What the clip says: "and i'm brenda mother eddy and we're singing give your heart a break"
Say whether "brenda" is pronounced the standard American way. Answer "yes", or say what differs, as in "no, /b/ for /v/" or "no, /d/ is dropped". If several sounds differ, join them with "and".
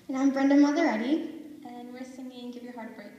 yes